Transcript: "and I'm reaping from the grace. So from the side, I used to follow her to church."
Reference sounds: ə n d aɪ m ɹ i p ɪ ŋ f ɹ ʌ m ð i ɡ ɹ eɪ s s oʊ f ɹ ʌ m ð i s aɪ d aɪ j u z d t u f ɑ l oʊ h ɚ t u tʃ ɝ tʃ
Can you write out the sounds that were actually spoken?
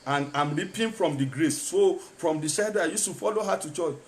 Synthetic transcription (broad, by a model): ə n aɪ m l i p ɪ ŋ f ɹ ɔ m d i ɡ ɹ eɪ s s oʊ f ɹ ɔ m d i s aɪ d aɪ j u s t u f ɑ l oʊ h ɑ t u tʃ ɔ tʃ